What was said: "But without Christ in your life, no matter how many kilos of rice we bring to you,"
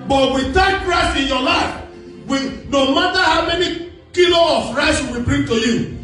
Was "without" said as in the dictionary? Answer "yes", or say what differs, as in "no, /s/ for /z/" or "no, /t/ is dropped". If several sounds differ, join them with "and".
no, /t/ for /θ/